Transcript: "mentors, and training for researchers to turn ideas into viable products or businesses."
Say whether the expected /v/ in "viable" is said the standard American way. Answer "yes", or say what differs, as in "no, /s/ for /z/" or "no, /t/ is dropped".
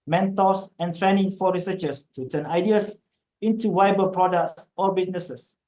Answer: no, /w/ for /v/